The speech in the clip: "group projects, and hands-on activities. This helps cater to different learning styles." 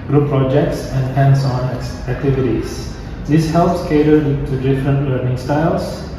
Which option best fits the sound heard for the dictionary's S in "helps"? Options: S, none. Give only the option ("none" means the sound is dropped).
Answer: S